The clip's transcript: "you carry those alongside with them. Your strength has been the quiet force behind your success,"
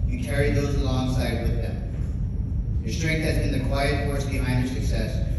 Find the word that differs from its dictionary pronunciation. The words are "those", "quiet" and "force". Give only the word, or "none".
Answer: none